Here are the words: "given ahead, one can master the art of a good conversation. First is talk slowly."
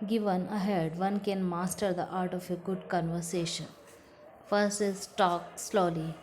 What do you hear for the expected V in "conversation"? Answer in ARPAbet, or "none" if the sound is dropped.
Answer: V